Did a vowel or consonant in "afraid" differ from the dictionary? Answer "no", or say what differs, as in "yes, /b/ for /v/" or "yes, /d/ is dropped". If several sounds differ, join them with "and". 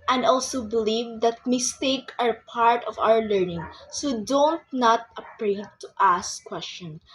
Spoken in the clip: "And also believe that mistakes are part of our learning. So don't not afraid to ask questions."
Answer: yes, /p/ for /f/